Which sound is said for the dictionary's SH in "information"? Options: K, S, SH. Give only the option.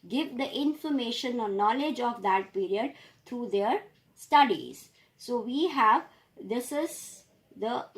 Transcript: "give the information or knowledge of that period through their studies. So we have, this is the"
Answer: SH